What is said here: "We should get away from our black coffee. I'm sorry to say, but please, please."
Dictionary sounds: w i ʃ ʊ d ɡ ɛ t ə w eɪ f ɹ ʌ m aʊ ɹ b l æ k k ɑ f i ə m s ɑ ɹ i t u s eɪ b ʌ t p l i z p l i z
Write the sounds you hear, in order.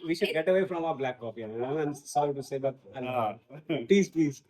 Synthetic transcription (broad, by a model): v i ʃ ʊ d ɡ ɛ t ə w eɪ f ɹ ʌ m aʊ ɹ b l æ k k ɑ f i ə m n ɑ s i t u s eɪ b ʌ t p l i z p l i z